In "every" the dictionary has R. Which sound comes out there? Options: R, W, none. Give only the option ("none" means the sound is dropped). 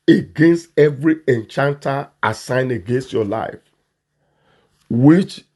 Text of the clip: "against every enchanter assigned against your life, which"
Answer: R